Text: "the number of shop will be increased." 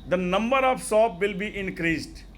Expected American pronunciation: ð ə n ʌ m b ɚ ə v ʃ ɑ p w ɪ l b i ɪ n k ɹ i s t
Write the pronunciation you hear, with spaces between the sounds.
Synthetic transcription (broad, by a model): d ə n ʌ m b ɚ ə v s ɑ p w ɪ l b i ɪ n k ɹ i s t